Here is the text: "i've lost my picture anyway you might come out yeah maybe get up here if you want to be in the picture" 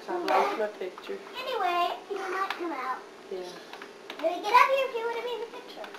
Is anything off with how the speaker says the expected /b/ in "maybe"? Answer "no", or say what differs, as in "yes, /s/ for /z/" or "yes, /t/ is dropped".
yes, /b/ is dropped